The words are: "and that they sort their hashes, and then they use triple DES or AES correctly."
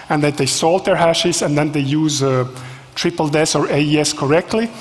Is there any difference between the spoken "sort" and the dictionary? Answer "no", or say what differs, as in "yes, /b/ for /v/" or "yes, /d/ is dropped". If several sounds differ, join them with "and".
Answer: yes, /l/ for /ɹ/